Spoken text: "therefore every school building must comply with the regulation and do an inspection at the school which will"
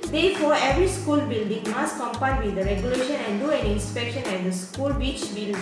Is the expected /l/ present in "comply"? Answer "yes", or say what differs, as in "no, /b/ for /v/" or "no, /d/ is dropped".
no, /l/ is dropped